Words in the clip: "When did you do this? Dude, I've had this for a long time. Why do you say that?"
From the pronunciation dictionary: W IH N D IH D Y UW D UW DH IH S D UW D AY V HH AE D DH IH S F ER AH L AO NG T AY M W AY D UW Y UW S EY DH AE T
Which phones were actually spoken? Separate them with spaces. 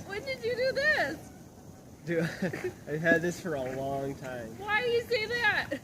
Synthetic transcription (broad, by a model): W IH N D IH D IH D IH DH IH S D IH AY V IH D DH IH S F ER AH L AO NG T AY M W AY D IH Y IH S EY DH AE T